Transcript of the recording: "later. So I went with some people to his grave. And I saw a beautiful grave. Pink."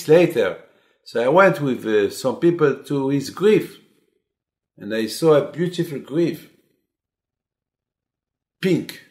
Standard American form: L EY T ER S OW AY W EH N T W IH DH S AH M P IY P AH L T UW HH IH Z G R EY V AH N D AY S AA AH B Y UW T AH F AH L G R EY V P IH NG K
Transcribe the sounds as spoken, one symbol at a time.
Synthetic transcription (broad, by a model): L EY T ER S OW AY W EH N T W IH DH S AH M P IY P AH L T UW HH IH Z G R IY F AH N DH AY S AA AH B Y UW T AH F AH L G R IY F P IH NG K